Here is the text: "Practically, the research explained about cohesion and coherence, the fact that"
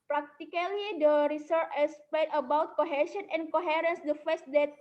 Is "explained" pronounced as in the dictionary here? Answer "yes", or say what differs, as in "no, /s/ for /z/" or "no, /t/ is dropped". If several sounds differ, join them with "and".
no, /k/ is dropped